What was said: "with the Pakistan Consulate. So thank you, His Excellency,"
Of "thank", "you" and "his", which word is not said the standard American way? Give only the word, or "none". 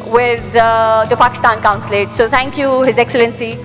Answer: thank